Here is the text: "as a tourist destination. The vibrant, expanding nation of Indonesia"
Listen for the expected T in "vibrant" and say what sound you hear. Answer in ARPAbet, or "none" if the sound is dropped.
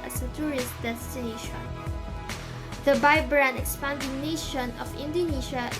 none